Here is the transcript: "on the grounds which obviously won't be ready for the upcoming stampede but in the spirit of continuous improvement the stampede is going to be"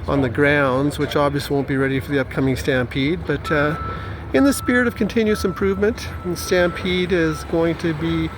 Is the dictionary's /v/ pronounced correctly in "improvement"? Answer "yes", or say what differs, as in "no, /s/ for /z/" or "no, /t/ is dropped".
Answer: yes